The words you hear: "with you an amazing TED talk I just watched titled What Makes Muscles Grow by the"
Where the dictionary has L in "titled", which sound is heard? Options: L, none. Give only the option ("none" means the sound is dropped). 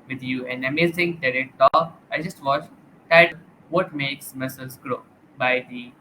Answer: none